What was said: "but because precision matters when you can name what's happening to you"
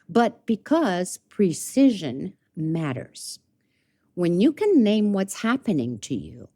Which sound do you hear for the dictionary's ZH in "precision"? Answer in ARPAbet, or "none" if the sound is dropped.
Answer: ZH